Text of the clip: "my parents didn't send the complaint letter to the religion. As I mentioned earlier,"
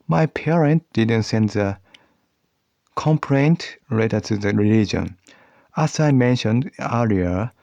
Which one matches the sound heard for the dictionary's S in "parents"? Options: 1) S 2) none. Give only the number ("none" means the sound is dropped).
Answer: 2